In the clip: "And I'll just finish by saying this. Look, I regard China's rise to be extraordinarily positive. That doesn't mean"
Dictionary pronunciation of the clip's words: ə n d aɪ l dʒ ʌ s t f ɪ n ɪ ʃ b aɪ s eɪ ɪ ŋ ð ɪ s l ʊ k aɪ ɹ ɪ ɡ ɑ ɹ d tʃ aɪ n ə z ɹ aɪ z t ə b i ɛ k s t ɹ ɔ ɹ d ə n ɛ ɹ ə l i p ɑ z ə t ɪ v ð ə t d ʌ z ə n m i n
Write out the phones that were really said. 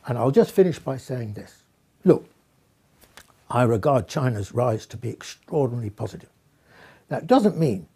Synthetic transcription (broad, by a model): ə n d aɪ l dʒ ʌ s t f ɪ n ɪ ʃ b aɪ s eɪ ɪ ŋ ð ɪ s l ʊ k aɪ ɹ ɪ ɡ ɑ ɹ d tʃ aɪ n ə z ɹ aɪ z t ə b i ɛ k s t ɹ ɔ ɹ d n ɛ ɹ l i p ɑ z ə t ɪ v ð ə t d ʌ z ə n m i n